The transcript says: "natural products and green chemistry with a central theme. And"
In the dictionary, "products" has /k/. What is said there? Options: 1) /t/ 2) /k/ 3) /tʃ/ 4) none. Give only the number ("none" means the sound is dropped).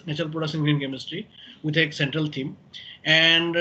4